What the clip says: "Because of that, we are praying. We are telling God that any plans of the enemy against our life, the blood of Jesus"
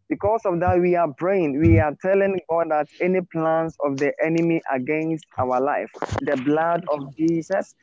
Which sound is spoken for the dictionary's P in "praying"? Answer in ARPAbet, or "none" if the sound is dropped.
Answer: B